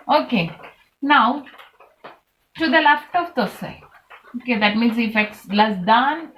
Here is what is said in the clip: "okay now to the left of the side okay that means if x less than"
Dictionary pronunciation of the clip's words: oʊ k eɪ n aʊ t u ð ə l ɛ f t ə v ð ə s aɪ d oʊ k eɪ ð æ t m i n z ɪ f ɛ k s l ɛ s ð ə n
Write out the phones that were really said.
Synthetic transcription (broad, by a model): oʊ k eɪ n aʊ t u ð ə l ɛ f t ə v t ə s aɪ oʊ k eɪ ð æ t m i n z ɪ f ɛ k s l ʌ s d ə n